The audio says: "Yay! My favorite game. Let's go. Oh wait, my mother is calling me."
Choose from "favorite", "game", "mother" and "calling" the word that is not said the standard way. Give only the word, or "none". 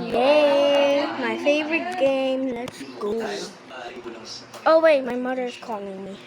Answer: none